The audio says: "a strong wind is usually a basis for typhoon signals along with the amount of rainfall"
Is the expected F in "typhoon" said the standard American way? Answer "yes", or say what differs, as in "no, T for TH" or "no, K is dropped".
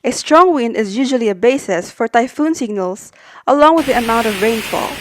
yes